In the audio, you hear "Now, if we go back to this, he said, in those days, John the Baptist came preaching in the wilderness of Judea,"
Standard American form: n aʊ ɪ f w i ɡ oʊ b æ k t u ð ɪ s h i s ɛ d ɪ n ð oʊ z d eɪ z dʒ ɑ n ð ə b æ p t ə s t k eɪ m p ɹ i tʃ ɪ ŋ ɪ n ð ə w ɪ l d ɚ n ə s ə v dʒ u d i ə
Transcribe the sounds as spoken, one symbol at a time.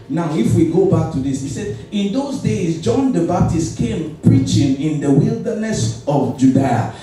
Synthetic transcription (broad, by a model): n aʊ ɪ f w i ɡ oʊ b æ k t u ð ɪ s h i s ɛ d ɪ n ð oʊ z d eɪ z dʒ ɑ n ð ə b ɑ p t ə s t k eɪ m p ɹ i tʃ ɪ ŋ ɪ n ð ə w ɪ l d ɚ n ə s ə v dʒ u d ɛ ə